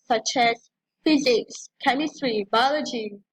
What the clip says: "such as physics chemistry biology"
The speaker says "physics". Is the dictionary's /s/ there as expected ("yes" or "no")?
yes